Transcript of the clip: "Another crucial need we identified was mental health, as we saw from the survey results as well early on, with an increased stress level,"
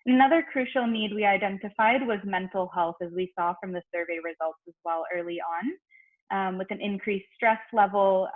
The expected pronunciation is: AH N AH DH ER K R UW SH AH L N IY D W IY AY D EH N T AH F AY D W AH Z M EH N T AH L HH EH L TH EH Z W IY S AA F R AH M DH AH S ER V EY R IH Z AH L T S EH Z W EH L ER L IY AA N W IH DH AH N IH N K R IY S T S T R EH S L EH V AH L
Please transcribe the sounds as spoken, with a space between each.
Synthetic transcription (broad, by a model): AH N AH DH ER K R UW SH L N IY D W IY AY D EH N T AH F AY D W AH Z M EH N T L HH EH L TH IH Z W IY S AA F R AH M DH AH S ER V EY R IH Z AH L T S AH Z W EH L ER L IY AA N W IH DH AH N IH N K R IY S S T R EH S L EH V L